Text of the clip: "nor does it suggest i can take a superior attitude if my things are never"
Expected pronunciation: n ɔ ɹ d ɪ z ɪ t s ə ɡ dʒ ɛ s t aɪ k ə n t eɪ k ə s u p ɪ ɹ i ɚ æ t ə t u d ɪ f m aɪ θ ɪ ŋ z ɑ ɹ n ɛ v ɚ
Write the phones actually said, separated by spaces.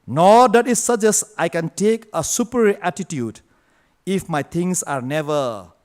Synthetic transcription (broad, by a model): n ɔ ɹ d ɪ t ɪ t s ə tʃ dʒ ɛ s aɪ k ə n t eɪ k ə s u p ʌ ɹ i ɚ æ t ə t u d ɪ f m aɪ t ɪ ŋ s ɑ ɹ n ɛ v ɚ